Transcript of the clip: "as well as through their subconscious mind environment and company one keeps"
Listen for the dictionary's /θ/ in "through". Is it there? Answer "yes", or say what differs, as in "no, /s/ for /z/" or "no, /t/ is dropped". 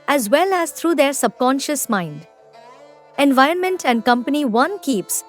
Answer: no, /t/ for /θ/